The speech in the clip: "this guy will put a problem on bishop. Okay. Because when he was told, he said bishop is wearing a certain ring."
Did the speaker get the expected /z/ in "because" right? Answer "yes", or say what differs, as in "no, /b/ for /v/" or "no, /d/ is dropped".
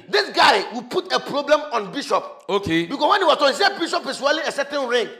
no, /s/ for /z/